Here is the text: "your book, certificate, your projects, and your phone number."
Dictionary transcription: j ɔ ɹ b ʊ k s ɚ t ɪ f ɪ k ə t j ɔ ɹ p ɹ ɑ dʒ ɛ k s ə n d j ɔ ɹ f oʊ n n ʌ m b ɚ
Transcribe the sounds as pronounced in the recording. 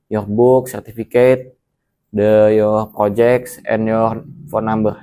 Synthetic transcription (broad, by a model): j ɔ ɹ b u k s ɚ t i f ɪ k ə t j ɔ ɹ p ɹ ɑ dʒ ɛ k s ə n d j ɔ ɹ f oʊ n n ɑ m b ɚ